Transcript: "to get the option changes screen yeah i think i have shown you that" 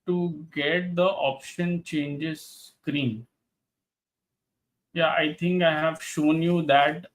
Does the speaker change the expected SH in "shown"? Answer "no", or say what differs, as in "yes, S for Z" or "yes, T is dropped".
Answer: no